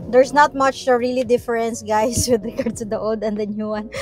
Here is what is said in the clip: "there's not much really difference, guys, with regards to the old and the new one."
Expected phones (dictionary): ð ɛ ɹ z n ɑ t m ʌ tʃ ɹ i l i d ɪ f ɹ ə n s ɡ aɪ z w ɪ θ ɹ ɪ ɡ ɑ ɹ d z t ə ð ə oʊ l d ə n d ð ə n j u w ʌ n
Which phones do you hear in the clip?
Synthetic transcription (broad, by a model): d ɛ ɹ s n ɑ t m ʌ tʃ ɹ i l i d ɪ f ɹ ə n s ɡ aɪ s w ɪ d ɹ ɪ ɡ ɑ ɹ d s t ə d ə oʊ l d ə n d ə n j u w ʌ n